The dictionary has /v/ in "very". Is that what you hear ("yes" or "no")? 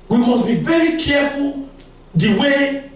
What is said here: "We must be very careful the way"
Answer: yes